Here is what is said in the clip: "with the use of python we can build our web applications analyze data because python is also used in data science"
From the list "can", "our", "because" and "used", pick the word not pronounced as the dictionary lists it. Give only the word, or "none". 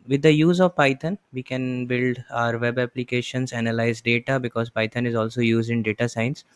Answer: none